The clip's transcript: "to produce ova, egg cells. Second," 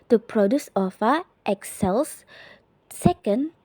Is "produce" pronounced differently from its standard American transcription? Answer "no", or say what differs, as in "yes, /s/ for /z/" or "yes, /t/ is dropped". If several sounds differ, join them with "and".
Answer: no